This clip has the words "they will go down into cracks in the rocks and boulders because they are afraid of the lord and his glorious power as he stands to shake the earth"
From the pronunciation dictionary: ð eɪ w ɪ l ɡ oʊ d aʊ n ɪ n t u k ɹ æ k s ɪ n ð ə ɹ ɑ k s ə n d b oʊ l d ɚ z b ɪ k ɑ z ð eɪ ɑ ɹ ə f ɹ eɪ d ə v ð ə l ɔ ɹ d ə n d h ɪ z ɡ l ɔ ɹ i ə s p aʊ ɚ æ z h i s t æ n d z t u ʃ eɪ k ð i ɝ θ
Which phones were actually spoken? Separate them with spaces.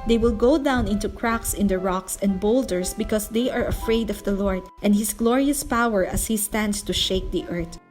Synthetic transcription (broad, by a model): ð eɪ w ɪ l ɡ oʊ d aʊ n ɪ n t u k ɹ æ k s ɪ n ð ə ɹ ɑ k s ə n d b oʊ l d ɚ s b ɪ k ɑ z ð eɪ ɑ ɹ ə f ɹ eɪ d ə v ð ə l ɔ ɹ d ə n d h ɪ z ɡ l ɔ ɹ i ə s p aʊ ɚ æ s h i s t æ n d s t u ʃ eɪ k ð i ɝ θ